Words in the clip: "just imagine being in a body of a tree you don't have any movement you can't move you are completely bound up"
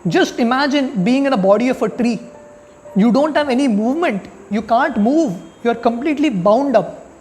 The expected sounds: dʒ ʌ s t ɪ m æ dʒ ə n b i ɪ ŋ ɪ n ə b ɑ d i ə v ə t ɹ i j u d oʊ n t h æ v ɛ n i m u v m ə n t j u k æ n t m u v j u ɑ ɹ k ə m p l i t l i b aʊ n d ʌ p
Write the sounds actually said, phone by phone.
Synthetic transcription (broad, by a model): dʒ ʌ s t ɪ m æ dʒ ə n b i ɪ ŋ ɪ n ə b ɑ d i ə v ə t ɹ i j u d oʊ n t h æ v ɛ n i m u v m ə n t j u k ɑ n t m u v j u ɑ ɹ k ə m p l i t l i b aʊ n d ʌ p